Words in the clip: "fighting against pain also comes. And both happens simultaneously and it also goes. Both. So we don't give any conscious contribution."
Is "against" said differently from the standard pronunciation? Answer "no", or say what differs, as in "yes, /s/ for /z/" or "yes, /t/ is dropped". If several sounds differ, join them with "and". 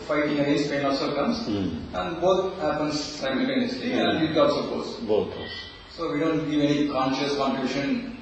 yes, /n/ is dropped